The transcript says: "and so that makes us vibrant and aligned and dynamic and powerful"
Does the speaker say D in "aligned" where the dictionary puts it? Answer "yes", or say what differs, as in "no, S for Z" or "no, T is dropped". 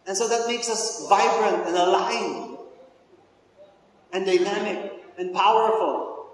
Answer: no, D is dropped